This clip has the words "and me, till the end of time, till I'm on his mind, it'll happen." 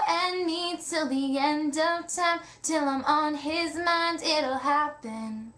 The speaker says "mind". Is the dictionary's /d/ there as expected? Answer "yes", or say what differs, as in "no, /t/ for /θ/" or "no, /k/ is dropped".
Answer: yes